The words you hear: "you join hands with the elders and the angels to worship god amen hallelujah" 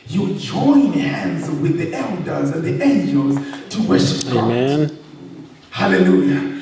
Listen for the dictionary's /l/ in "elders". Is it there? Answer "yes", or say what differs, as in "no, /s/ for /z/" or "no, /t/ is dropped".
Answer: yes